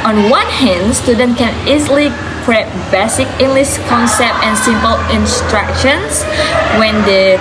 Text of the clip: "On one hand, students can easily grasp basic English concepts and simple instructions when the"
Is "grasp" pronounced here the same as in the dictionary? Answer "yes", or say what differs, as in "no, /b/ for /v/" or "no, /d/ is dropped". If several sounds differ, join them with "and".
no, /s/ is dropped